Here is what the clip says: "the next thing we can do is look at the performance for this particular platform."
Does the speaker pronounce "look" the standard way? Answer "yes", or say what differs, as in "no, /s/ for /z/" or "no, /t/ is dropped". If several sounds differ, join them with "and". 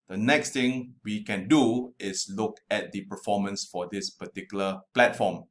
yes